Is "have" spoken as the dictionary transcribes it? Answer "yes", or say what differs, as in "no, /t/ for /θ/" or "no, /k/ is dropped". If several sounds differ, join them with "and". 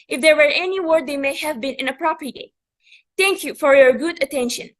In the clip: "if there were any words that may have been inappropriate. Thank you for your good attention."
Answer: yes